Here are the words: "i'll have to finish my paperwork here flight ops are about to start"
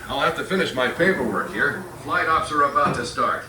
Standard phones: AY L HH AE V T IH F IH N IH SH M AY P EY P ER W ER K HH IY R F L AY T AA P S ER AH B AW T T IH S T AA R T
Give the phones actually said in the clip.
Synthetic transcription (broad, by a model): AY L HH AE F T IH F IH N IH SH M AY F EY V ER W ER K HH IY R F L AY T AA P S ER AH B AW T T IH S T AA R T